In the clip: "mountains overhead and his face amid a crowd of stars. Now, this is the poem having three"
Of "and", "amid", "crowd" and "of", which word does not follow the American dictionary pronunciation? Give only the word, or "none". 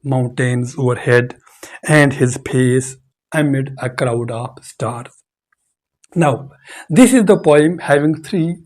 of